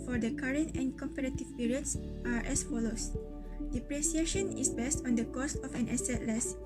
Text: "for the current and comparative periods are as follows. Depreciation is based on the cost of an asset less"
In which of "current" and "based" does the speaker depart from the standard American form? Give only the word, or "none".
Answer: none